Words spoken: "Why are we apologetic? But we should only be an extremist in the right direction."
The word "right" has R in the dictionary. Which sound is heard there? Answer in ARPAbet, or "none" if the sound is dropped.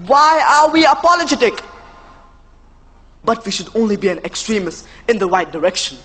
W